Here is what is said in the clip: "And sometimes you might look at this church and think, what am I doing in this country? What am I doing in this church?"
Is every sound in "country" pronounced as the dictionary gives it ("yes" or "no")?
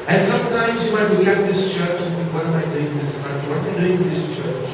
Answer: no